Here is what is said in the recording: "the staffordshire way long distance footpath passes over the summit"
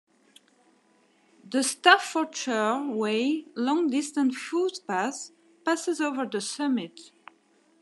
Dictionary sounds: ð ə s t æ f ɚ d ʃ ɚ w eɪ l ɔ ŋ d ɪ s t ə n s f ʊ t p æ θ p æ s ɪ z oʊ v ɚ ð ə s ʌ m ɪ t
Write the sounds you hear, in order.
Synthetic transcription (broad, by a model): ð ə s t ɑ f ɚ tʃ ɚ w eɪ l ɔ ŋ d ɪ s t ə n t f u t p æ s p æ s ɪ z oʊ v ɚ ð ə s ʌ m ɪ t